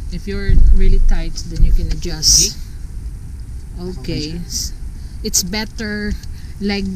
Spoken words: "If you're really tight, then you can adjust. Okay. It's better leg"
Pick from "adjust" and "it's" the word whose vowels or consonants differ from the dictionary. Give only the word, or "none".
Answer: none